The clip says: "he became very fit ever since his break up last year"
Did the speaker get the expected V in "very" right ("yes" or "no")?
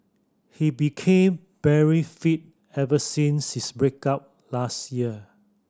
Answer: no